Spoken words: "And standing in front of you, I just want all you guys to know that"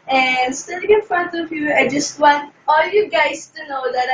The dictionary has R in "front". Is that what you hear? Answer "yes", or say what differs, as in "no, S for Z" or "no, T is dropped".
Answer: yes